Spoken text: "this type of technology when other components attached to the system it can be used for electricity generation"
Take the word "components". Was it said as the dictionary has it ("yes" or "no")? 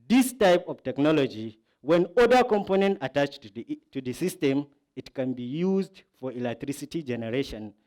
no